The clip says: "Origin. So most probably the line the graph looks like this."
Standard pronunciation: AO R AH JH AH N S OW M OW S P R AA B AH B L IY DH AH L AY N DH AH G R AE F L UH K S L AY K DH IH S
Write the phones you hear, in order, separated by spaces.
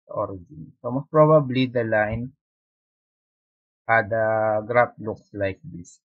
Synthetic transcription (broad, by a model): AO R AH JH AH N S OW M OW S P R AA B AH B L IY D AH L AY N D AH G R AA P L UH K S L AY K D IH S